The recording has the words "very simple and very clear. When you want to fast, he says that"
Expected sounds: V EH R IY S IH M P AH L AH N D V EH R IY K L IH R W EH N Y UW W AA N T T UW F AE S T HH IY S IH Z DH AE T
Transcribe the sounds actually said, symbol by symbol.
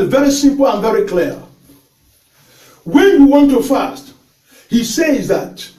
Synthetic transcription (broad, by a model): V EH R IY S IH M P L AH N V EH R IY K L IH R W EH N Y UW W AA N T T UW F AE S T HH IY S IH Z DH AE T